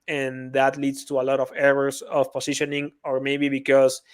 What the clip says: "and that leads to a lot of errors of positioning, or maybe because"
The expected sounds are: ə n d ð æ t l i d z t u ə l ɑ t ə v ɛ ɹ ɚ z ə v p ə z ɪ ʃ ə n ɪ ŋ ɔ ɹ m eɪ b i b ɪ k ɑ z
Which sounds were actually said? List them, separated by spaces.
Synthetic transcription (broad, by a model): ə n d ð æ t l i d s t u ə l ɑ t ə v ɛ ɹ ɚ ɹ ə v p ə s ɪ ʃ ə n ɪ ŋ ɔ ɹ m eɪ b i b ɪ k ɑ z